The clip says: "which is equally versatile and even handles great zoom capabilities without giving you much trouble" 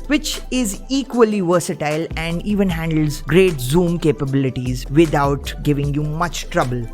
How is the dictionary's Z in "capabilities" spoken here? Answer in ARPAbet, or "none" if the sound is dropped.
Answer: Z